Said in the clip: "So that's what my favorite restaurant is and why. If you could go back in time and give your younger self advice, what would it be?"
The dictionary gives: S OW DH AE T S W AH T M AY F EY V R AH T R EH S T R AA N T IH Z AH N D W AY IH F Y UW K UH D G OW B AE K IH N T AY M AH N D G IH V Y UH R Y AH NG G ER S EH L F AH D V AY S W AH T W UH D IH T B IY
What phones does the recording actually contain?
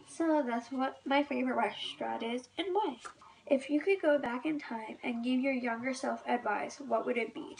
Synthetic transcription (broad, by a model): S OW DH AE T S W AH T M AY F EY V R AH T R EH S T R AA T IH Z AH N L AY IH F Y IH K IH D G OW B AE K IH N T AY M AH N G IH V Y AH R Y AH NG G ER S EH L F AH D V AY S W AH T W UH D IH T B IY